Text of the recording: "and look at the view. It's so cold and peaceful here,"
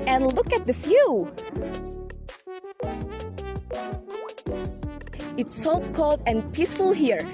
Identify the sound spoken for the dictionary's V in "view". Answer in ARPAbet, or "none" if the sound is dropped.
F